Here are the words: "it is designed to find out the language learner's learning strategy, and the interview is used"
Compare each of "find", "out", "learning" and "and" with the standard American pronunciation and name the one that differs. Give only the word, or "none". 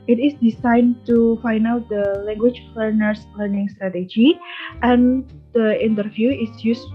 find